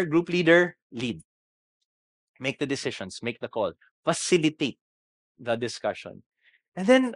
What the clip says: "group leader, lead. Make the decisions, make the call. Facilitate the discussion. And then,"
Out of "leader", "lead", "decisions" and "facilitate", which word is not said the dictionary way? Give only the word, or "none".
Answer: decisions